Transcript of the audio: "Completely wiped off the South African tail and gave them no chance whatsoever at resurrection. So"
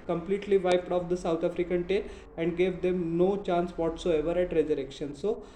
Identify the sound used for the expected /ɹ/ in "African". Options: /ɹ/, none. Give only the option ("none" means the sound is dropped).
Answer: /ɹ/